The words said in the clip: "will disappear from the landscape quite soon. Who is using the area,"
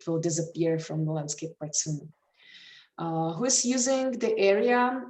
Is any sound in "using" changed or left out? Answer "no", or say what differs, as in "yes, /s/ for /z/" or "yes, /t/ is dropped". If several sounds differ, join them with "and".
no